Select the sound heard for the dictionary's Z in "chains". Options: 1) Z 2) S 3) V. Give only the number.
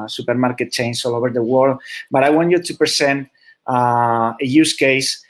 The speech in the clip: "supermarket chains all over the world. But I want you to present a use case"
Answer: 2